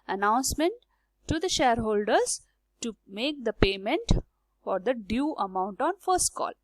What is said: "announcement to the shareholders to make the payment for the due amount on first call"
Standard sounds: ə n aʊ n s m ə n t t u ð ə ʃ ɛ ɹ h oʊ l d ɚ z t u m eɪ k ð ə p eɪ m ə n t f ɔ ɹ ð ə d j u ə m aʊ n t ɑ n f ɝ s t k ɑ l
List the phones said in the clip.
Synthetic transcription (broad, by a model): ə n aʊ n s m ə n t t u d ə ʃ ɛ ɹ h oʊ l d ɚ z t u m eɪ k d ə p eɪ m ə n t f ɔ ɹ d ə d j u ə m aʊ n t ɑ n f ɝ s t k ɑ l